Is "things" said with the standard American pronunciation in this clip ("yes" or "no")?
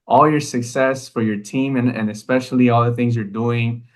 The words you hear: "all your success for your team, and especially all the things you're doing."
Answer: yes